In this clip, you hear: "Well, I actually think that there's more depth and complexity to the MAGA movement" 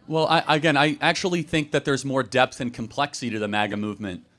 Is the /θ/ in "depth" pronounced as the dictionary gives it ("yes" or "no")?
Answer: yes